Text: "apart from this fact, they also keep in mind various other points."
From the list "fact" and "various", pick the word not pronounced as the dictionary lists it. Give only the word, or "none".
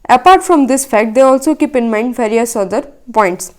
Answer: various